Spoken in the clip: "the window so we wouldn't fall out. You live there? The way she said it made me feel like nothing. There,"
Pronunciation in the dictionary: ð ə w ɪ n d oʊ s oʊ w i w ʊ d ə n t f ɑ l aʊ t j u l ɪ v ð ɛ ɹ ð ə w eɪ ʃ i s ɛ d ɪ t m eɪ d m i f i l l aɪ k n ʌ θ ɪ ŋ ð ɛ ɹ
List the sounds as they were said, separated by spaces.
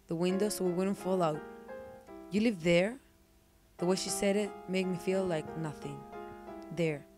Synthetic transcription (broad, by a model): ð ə w ɪ n d oʊ s oʊ w i w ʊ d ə n t f ɑ l aʊ t j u l ɪ v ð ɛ ɹ ð ə w eɪ ʃ i s ɛ d ɪ t m eɪ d m i f i l l aɪ k n ʌ θ ɪ ŋ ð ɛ ɹ